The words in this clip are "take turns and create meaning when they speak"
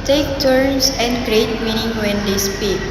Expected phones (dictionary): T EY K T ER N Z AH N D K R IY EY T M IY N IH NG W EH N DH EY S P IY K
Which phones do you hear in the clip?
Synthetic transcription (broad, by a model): T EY K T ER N S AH N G R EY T M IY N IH NG W EH N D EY S P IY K